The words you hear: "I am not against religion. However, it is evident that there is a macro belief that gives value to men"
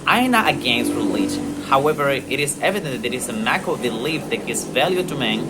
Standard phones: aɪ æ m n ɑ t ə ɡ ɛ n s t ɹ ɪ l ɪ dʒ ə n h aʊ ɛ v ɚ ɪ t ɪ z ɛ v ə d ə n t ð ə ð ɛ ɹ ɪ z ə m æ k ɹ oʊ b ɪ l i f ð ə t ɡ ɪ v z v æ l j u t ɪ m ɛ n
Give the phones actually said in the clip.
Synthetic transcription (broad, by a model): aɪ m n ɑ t ə ɡ ɛ n s t ɹ ɪ l ɪ dʒ ə n h aʊ ɛ v ɚ ɪ t ɪ z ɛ v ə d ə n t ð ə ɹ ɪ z ə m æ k oʊ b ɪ l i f ð ə t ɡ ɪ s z v æ l j u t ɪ m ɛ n